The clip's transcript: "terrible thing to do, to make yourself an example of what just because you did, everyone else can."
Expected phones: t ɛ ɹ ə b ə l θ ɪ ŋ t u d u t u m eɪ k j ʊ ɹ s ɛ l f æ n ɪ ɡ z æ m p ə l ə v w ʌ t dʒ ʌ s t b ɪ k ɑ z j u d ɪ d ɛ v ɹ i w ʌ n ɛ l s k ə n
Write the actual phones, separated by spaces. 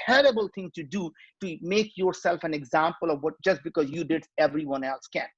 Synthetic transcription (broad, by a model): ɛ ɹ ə b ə l t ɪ ŋ t u d u t u m eɪ k j ʊ ɹ s ɛ l f æ n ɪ ɡ z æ m p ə l ə v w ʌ t dʒ ʌ s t b ɪ k ɑ z j u d ɪ d ɛ v ɹ i w ʌ n ɛ l s k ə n